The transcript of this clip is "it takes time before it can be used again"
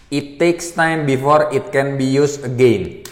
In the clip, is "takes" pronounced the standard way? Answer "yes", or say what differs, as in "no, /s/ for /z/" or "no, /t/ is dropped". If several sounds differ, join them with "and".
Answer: yes